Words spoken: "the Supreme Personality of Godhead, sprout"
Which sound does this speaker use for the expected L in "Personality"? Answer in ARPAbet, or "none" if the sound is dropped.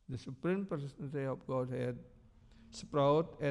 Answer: N